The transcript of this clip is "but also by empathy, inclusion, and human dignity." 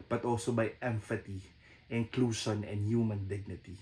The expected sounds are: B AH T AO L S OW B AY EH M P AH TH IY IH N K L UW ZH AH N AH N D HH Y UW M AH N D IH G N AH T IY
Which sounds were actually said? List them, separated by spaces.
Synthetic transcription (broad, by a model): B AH T AO L S OW B AY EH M F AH T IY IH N K L UW SH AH N AH N D HH Y UW M AH N D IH G N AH T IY